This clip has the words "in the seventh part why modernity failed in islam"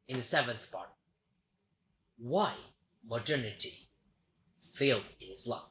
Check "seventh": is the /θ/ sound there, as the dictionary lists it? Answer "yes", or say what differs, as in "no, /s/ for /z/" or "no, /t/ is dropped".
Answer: yes